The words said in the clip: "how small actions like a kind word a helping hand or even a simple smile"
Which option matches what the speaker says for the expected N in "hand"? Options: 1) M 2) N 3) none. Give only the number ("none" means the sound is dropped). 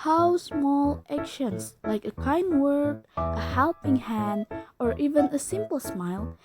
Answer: 2